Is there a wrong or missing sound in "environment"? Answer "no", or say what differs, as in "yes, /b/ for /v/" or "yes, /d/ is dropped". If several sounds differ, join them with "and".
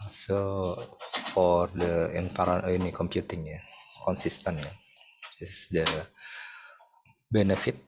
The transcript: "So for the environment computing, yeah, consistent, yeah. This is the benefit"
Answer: yes, /p/ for /v/ and /m/ is dropped